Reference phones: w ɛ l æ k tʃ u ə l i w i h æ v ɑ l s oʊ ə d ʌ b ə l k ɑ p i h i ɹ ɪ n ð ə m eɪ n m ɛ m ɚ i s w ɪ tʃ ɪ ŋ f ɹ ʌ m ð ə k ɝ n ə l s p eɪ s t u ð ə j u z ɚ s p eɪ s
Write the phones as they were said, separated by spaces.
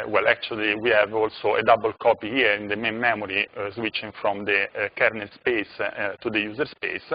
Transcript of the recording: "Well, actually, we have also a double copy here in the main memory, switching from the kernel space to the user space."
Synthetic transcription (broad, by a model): w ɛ l æ k tʃ u ə l i w i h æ v ɑ l s oʊ ə d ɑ b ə l k ɑ p i h i ɹ ɪ n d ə m eɪ n m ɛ m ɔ i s w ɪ tʃ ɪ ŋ f ɹ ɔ m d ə k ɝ n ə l s p eɪ s t u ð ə j u z ɚ s p eɪ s